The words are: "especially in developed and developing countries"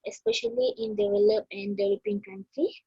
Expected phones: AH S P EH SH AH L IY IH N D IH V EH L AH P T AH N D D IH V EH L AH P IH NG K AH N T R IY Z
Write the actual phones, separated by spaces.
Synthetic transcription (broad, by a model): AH S P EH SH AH L IY IH N D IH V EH L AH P AH N D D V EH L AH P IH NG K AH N T R IY